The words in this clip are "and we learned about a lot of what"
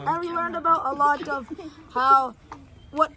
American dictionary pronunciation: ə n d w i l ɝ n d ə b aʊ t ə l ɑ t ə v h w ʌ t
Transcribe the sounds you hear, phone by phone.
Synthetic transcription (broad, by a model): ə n w i l ɝ n d ə b aʊ t ə l ɑ t ə v h w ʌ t